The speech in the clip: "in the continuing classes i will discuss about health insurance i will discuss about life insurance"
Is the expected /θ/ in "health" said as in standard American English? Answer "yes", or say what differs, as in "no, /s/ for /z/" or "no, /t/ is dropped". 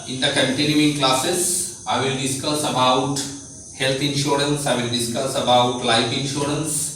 no, /t/ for /θ/